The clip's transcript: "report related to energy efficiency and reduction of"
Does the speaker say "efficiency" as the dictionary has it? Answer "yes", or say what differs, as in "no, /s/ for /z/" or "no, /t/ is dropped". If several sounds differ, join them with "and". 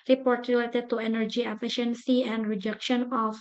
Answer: yes